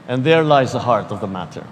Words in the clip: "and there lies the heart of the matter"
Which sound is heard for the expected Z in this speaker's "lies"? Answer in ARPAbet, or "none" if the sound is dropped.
Z